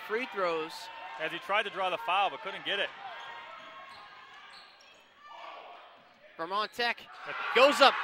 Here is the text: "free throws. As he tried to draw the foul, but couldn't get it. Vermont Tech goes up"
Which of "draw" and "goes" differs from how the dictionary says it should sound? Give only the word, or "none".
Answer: none